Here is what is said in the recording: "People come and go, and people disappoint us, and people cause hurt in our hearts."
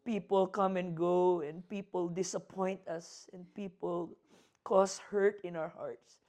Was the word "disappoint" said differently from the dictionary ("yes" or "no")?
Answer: no